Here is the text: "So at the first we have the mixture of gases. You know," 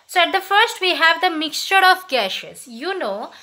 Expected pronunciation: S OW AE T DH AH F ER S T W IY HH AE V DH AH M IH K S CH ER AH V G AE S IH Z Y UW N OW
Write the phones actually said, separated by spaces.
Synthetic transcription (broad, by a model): S OW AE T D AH F ER S T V IY HH AE V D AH M IH K S CH ER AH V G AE SH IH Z Y UW N OW